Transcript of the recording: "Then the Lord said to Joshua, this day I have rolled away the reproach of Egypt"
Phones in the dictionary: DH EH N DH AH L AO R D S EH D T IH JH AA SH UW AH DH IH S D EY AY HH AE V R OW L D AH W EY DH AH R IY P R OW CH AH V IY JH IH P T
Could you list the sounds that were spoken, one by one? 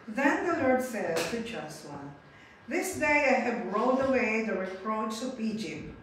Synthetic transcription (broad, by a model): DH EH N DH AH L AO R D S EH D T IH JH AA S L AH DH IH S D EY AY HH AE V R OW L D AH W EY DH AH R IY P R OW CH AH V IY JH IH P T